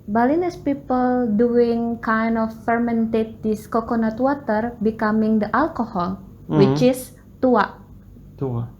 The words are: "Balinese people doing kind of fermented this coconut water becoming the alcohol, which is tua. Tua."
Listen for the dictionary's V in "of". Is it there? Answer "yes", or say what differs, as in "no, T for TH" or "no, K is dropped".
no, F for V